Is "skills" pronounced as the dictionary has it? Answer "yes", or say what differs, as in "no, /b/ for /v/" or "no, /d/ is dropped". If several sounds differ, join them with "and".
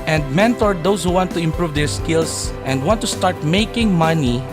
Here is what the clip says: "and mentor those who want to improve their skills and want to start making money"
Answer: no, /s/ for /z/